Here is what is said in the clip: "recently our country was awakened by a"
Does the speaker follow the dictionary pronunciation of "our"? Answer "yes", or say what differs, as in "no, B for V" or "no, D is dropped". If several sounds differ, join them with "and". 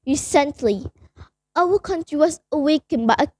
no, W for R